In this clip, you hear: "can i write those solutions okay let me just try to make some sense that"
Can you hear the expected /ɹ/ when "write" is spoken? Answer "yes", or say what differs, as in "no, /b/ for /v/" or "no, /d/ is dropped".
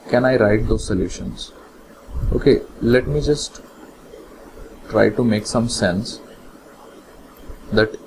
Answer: yes